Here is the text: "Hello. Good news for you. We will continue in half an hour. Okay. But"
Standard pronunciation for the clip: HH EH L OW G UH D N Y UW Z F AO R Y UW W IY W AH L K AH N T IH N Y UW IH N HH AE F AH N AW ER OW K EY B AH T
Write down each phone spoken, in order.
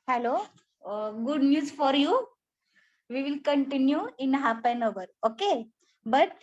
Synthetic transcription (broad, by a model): HH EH L OW G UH D N Y UW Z F AO R Y UW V IY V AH L K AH N T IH N Y UW IH N HH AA P AH N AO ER OW K EY B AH T